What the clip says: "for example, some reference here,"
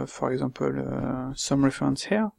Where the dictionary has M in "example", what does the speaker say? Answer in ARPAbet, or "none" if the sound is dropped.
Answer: none